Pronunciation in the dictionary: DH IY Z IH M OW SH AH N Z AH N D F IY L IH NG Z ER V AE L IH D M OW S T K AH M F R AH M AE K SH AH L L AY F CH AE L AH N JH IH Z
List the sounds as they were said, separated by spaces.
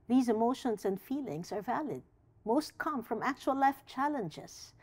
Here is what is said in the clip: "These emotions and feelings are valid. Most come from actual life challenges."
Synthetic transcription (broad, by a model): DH IY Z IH M OW SH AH N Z AH N D F IY L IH NG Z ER V AE L IH D M OW S T K AH M F R AH M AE K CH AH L L AY F CH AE L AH N JH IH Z